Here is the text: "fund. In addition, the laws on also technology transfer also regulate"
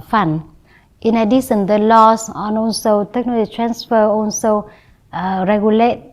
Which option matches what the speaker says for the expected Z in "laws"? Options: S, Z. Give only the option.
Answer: S